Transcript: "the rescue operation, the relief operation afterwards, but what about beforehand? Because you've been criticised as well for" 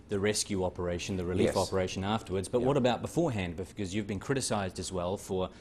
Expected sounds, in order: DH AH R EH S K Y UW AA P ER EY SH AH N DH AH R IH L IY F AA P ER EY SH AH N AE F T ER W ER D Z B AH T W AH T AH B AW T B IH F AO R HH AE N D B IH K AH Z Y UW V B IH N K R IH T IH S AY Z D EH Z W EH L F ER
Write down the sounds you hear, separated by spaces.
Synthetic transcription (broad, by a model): DH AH R EH S K Y UW AA P ER EY SH AH N DH AH R IH L IY F AA P ER EY SH AH N AE F T ER W ER D Z B AH T W AH T AH B AW T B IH F AO R HH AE N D B IH K AH Z Y UW V B IH N K R IH T IH S AY Z D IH Z W EH L F ER